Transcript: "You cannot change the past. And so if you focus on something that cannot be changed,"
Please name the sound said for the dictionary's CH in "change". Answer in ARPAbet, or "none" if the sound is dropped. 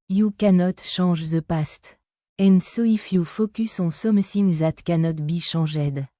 SH